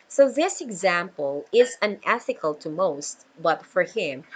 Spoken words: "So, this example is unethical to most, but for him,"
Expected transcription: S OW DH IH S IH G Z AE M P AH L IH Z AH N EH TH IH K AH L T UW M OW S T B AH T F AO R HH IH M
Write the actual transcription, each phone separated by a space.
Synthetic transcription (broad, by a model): S OW DH IH S IH G Z AE M P AH L IH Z AH N EH TH IH K AH L T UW M OW S T B AH T F AO R HH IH M